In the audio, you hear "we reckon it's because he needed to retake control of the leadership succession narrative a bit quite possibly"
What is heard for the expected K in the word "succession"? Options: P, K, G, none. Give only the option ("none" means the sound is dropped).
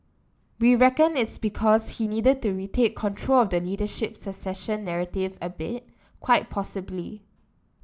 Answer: none